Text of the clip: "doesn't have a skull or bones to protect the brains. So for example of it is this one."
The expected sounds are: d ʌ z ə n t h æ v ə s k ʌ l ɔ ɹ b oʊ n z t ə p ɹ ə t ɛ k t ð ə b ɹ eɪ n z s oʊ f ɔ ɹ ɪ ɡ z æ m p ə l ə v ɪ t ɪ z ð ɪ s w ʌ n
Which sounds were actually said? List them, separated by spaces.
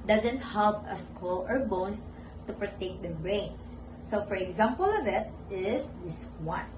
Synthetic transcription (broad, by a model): d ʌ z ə n t h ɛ p ə s k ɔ l ɔ ɹ b oʊ n s t ə p ɹ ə t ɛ k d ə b ɹ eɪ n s s oʊ f ɔ ɹ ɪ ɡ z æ m p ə l ə v ɪ t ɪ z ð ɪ s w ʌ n